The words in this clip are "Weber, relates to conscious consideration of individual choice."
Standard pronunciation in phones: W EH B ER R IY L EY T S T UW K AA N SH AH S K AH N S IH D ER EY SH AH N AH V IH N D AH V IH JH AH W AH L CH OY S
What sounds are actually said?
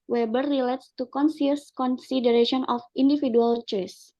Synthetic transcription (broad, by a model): W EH B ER R IY L EY T S T UW K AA N S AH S K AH N S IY D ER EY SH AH N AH F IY N D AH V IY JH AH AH L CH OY S